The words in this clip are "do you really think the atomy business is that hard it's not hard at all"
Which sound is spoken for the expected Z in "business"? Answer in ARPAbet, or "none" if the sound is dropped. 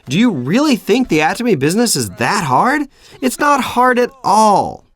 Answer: Z